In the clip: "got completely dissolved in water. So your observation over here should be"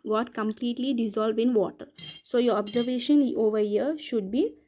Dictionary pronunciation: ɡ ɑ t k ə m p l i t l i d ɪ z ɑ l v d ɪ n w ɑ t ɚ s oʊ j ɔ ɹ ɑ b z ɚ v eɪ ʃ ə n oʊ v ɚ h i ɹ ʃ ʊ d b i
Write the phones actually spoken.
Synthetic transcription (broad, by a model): ɡ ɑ t k ə m p l i t l i d ɪ z ɑ l v d ɪ n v ɑ t ɚ s oʊ j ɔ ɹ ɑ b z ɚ v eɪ ʃ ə n oʊ v ɚ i ɹ ʃ ʊ d b i